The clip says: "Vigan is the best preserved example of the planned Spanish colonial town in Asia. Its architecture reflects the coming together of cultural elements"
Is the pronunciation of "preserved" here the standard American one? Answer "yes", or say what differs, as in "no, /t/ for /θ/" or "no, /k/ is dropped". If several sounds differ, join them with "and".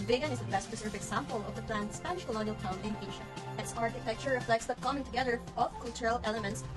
no, /d/ is dropped